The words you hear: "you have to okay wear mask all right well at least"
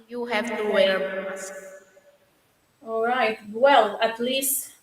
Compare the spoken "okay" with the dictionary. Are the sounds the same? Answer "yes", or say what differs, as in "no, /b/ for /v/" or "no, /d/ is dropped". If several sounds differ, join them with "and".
no, /k/ is dropped